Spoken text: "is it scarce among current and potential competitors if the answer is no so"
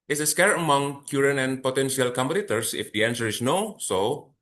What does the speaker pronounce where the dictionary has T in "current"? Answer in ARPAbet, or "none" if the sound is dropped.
none